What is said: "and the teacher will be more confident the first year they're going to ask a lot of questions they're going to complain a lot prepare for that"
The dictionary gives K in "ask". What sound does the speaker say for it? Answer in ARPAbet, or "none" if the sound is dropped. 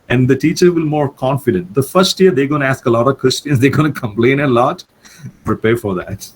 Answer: K